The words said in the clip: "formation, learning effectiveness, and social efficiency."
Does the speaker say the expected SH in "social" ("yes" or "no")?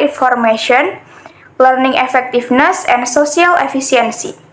no